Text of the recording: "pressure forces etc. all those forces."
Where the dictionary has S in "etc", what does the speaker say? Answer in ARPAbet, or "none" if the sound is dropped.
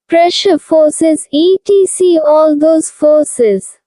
none